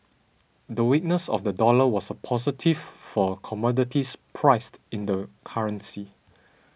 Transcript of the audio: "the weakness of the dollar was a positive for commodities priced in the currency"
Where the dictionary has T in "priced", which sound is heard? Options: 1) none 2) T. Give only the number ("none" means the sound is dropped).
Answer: 2